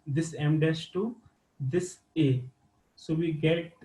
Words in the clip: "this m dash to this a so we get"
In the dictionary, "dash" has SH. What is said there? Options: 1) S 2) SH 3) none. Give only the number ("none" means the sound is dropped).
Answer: 1